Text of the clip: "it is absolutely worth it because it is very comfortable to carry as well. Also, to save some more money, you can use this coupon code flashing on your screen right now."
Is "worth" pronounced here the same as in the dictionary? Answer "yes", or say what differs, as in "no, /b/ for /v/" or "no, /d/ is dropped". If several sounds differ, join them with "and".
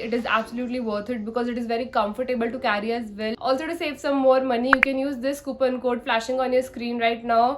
no, /t/ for /θ/